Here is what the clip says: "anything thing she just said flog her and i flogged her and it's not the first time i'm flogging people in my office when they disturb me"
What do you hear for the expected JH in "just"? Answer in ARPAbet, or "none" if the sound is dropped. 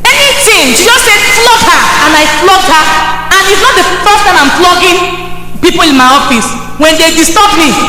Z